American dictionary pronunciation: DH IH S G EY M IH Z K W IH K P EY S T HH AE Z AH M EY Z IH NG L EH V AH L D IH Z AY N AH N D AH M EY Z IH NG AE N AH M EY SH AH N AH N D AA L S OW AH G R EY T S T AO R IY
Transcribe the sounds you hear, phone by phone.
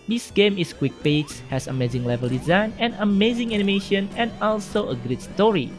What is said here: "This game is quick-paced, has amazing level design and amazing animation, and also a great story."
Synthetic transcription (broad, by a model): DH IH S G EY M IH S K W IH K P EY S HH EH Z AH M EY Z IH NG L EH V AH L D IH Z AY N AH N AH M EY Z IH NG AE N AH M EY SH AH N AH N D AA L S OW AH G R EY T S T AO R IY